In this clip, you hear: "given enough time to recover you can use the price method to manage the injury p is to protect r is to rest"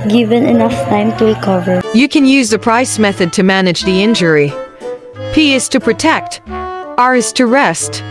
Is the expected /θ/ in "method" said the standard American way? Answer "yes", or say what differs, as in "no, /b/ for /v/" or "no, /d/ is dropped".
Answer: yes